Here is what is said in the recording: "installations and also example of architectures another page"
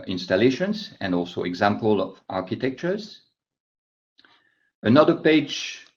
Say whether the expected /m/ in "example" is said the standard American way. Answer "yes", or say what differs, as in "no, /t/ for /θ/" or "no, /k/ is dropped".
yes